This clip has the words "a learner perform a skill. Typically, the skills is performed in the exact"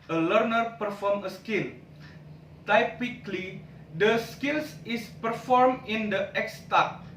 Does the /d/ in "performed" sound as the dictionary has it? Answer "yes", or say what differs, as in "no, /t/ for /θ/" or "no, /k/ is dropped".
no, /d/ is dropped